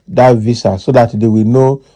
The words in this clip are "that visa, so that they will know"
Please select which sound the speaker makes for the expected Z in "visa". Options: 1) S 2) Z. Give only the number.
1